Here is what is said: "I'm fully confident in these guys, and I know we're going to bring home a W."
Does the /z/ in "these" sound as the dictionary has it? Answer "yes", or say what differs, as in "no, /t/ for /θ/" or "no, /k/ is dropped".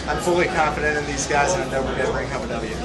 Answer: yes